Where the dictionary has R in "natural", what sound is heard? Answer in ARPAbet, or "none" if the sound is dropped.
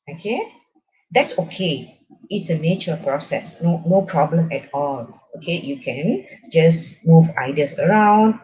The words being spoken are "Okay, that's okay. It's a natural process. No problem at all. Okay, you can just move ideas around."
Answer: none